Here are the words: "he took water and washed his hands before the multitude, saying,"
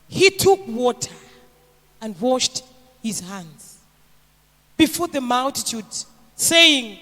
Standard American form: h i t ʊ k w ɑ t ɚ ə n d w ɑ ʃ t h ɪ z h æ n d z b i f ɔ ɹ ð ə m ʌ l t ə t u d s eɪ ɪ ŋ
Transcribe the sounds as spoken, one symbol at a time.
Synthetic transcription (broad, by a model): h i t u k w ɑ t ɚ ə n d w ɑ ʃ t h ɪ z h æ n d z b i f ɔ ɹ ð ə m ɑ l t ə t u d s eɪ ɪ ŋ